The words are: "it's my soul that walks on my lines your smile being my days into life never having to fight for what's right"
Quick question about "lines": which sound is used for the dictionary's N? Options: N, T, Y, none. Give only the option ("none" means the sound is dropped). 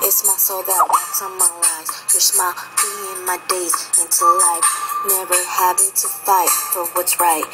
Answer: none